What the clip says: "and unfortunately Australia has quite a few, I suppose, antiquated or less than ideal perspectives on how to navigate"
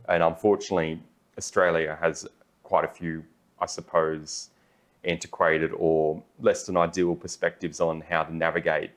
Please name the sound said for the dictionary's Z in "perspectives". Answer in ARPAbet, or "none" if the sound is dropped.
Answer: Z